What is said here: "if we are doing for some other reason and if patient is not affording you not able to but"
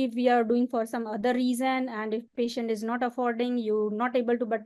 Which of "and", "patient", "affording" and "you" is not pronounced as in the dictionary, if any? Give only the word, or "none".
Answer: none